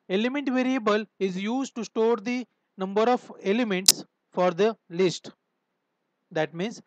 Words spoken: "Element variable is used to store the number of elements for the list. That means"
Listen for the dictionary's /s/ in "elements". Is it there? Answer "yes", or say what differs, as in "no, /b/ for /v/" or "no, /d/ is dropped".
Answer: yes